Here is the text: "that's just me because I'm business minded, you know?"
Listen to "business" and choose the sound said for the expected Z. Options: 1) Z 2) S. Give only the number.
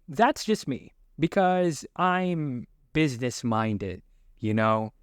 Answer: 1